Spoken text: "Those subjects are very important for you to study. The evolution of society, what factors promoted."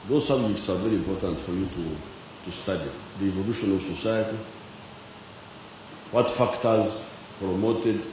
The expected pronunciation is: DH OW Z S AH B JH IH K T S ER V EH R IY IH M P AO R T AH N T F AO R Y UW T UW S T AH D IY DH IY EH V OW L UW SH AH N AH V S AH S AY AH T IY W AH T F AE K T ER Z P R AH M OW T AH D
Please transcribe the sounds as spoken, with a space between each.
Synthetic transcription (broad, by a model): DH OW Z S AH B JH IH K T S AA V EH R IY IH M P AO R T AH N T F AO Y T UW T UW S T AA D IY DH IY EH V OW L UW SH AH N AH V S AH S AY AH T IY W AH T F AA K T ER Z P R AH M OW T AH D